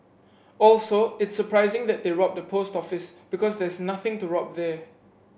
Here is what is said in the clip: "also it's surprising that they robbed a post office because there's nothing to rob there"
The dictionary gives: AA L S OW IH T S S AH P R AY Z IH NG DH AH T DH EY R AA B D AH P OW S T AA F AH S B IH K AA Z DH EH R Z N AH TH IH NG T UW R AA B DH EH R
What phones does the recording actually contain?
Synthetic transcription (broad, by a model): AA L S OW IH T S S AH P R AY Z IH NG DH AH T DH EY R AA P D AH P OW S T AA F AH S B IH K AA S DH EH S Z N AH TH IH NG T UW R AA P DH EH